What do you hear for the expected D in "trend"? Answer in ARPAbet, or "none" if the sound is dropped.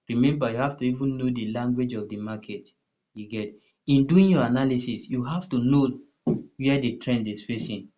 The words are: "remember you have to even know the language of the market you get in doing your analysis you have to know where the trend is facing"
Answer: D